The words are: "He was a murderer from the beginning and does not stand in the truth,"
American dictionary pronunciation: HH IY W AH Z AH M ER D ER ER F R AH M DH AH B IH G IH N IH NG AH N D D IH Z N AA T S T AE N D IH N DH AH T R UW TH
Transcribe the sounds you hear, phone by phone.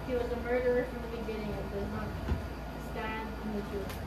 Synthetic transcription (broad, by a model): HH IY W AH Z AH M ER D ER ER F R AH M DH AH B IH G IH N IH NG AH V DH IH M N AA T S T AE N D IH N DH AH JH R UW